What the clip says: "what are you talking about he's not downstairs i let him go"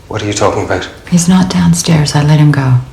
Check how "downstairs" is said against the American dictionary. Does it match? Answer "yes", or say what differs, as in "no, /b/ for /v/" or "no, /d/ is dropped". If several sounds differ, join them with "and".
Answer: yes